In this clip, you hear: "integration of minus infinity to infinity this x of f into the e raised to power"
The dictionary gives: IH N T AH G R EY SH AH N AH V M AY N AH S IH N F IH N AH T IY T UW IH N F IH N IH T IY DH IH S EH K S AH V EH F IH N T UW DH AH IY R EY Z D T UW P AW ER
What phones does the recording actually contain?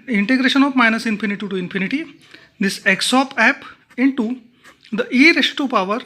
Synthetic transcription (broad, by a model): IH N T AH G R EY SH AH N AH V M AY N AH S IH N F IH N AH T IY T UW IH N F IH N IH T IY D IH S EH K S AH P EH P IH N T UW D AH IY R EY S T UW P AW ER